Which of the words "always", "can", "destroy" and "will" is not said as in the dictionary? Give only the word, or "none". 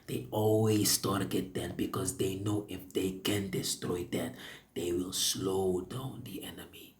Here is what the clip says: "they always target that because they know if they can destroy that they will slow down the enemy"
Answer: always